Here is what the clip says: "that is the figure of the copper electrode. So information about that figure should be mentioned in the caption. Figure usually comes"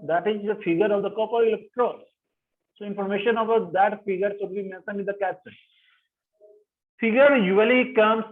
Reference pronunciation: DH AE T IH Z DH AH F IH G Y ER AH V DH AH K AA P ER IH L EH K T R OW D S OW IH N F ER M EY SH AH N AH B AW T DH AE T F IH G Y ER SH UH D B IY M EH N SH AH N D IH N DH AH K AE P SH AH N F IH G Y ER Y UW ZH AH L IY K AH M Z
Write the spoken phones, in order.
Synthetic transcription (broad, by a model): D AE T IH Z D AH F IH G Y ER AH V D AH K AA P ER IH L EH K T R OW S S OW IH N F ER M EY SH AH N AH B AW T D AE T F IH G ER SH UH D B IY M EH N S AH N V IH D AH K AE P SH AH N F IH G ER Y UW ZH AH L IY K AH M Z